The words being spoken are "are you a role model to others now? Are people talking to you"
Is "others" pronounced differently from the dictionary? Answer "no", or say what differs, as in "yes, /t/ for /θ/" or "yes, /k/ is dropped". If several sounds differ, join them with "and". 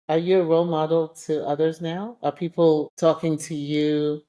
no